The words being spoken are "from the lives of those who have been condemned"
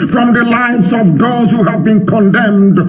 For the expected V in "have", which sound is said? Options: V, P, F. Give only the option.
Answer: V